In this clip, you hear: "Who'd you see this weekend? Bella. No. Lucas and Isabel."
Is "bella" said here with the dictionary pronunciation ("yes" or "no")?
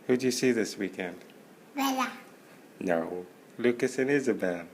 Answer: no